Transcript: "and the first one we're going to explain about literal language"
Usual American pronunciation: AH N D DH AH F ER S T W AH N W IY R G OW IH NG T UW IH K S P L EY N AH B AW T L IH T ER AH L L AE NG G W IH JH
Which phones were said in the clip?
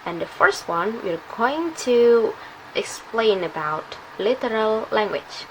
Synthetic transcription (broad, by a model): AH N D DH AH F ER S T W AH N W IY R G OW IH NG T UW IH K S P L EY N AH B AW T L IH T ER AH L L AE NG G W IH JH